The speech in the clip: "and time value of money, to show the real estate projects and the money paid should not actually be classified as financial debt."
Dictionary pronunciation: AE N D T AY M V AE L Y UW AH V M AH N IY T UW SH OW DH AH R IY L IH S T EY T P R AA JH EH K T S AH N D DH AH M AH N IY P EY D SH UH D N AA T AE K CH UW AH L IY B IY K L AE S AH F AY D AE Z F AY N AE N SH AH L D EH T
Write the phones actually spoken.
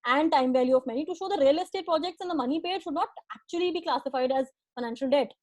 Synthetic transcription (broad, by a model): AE N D T AY M V AE L Y UW AH V M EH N IY T UW SH OW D AH R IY L IH S T EY T P R AA JH EH K T S AH N D AH M AH N IY P EY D SH UH D N AA T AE K CH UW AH L IY B IY K L AE S AH F AY D AE Z F AY N AE N SH AH L D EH T